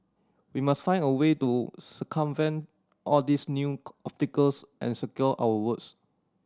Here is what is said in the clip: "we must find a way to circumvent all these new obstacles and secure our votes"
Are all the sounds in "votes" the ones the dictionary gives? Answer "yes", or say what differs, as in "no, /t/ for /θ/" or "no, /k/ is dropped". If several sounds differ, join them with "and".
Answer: no, /w/ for /v/